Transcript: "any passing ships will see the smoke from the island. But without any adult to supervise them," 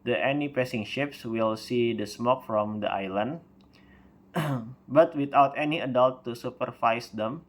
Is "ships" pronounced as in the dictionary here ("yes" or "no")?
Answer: yes